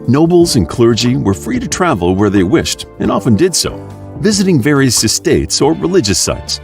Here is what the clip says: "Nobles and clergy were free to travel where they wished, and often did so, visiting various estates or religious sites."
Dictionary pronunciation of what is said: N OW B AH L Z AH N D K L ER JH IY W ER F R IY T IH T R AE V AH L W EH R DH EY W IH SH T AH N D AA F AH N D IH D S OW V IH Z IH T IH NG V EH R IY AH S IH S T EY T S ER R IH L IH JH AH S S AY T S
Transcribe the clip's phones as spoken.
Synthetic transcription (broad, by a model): N OW B L Z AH N K L ER JH IY W ER F R IY T IH T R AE V L W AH R DH EY W IH SH T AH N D AA F AH N D IH D S OW V IH Z IH T IH NG V EH R IY AH S IH S T EY T S ER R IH L IH JH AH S S AY T S